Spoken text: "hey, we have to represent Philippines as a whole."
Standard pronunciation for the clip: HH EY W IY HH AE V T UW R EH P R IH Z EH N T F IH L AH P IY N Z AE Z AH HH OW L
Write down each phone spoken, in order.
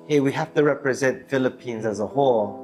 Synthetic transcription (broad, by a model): HH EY W IY HH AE F T UW R EH P R IH Z EH N T F IH L AH P IY N Z AE Z AH HH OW L